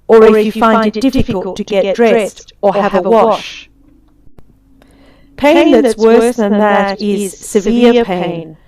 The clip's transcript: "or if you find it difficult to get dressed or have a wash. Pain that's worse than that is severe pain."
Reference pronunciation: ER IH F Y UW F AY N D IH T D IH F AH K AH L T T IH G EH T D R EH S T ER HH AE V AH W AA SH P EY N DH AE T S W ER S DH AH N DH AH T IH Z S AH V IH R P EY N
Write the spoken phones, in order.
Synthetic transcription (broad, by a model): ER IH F Y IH F AY N D IH T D IH F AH K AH L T T IH G EH T D R EH S T ER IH V AH W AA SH P EY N DH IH T S W ER S DH AH N DH AH T IH Z S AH V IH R P EY N